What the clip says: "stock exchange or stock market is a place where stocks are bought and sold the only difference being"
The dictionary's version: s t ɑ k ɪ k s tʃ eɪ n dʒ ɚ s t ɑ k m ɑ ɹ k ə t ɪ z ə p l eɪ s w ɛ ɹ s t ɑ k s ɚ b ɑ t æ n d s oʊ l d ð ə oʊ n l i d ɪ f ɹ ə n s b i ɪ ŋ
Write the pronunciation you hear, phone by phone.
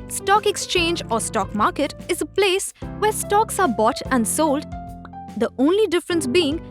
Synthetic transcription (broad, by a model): s t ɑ k ɪ k s tʃ eɪ n dʒ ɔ s t ɑ k m ɑ ɹ k ə t ɪ z ə p l eɪ s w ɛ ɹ s t ɑ k s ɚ b ɑ t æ n d s oʊ l d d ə oʊ n l i d ɪ f ɹ ə n s b i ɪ ŋ